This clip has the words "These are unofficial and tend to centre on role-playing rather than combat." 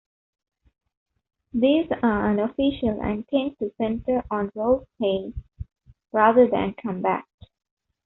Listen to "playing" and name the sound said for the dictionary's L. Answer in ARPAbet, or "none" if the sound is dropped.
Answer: none